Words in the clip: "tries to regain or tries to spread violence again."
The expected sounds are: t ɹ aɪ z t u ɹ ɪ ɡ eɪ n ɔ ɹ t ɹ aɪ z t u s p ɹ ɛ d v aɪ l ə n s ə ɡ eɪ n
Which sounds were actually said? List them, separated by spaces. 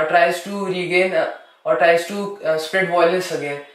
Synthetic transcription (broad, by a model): t ɹ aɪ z t u ɹ ɪ ɡ eɪ n ɔ ɹ t ɹ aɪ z t u s p ɹ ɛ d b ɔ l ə s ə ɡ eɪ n